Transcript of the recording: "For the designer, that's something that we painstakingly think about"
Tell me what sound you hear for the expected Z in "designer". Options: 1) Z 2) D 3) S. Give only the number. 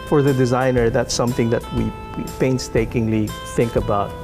1